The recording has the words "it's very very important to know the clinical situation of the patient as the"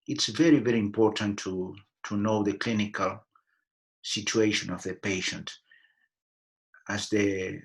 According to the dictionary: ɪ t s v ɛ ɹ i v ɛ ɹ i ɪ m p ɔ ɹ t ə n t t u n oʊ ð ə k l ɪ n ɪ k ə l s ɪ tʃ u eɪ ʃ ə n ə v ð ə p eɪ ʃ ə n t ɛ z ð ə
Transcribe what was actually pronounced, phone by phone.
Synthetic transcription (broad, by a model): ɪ t s v ɛ ɹ i v ɛ ɹ i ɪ m p ɔ ɹ t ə n t t u n oʊ ð ə k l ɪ n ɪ k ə l s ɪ tʃ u eɪ ʃ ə n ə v ð ə p eɪ ʃ ə n t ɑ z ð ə